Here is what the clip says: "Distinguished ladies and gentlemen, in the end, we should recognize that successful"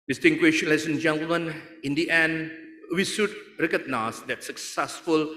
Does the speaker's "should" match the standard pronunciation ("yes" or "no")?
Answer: no